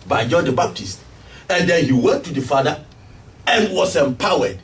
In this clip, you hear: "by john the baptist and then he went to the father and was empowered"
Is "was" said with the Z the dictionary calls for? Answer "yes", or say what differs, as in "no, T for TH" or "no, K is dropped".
no, S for Z